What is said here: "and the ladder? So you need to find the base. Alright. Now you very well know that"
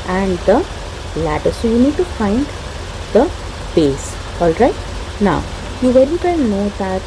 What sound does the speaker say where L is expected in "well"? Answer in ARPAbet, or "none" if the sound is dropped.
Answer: N